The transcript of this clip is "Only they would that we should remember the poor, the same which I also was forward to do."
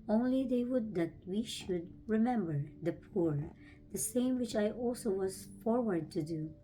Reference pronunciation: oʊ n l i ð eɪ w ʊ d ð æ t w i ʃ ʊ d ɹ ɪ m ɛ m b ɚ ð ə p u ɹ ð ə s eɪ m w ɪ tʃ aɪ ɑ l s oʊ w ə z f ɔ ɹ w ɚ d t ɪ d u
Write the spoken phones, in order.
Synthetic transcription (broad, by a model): oʊ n l i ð eɪ w ʊ d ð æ t w i ʃ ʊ d ɹ ɪ m ɛ m b ɚ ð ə p u ɹ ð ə s eɪ m w ɪ tʃ aɪ ɑ l s oʊ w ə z f ɔ ɹ w ɚ d t ɪ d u